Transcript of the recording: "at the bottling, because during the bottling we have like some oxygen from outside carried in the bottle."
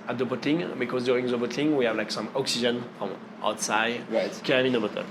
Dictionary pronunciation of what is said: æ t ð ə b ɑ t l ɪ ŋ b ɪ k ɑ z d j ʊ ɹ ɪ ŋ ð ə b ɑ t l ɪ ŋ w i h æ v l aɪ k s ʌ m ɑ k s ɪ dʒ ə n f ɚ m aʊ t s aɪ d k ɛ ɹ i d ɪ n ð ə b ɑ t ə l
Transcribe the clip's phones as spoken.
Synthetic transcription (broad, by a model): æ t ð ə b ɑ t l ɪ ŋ b ɪ k ɑ z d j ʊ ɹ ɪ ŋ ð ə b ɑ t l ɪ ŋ w i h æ v l aɪ k s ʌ m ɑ k s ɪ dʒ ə n f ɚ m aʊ t s aɪ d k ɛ i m ɪ n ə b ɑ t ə